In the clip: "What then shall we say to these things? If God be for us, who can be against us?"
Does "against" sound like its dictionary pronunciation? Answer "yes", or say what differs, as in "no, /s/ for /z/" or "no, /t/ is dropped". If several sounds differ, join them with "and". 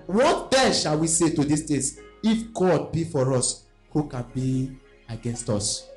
yes